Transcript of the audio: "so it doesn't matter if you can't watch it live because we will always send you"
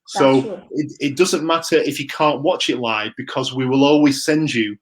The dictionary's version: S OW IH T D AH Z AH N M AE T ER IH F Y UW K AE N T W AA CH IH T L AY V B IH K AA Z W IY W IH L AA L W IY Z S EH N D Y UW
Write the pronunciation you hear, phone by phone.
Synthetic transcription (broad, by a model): S OW IH T D AH Z AH N M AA T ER IH F Y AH K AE N T W AA CH IH T L AY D B IH K AA Z W IY W IH L AA L W IY Z S EH N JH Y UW